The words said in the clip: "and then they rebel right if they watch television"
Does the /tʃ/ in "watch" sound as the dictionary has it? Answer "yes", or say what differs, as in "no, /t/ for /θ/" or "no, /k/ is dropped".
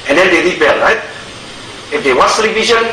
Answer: no, /s/ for /tʃ/